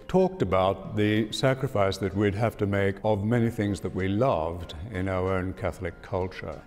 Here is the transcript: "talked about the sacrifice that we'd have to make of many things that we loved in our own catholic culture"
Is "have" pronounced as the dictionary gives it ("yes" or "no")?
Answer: no